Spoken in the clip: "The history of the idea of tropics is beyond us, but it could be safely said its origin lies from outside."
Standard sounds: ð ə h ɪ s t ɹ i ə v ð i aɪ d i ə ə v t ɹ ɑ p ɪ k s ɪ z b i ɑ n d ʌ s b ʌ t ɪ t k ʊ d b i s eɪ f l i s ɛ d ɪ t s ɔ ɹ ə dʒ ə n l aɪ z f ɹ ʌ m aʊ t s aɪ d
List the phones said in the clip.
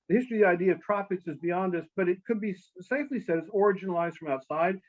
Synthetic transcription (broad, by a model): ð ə h ɪ s t ɹ i ð i aɪ d i ə ə v t ɹ ɑ p ɪ k s ɪ z b i ɑ n d ʌ s b ʌ t ɪ t k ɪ d b i s eɪ f l i s ɛ d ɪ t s ɔ ɹ ə dʒ ə n l aɪ z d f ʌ m aʊ t s aɪ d